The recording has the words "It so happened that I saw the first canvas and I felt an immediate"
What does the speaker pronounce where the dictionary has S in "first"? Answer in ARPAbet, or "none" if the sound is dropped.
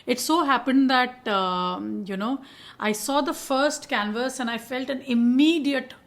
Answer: S